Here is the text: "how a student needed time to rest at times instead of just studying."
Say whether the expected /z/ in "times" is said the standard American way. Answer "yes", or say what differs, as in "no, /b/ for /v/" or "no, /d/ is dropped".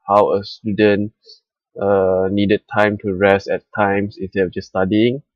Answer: no, /s/ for /z/